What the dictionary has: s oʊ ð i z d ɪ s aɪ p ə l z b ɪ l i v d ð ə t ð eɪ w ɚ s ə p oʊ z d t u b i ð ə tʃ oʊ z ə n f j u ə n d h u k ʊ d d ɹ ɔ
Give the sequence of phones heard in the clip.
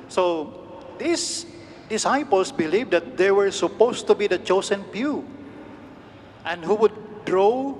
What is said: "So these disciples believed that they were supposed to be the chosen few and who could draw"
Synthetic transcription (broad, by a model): s oʊ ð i s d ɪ s aɪ p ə l s b ɪ l i v d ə t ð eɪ w ɚ s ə p oʊ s t u b i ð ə tʃ oʊ s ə n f j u ə n d h u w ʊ d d ɹ ɔ